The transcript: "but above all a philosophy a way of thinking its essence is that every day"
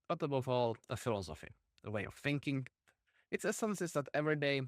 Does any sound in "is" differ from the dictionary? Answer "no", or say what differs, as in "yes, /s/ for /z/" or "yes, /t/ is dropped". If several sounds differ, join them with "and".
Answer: yes, /s/ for /z/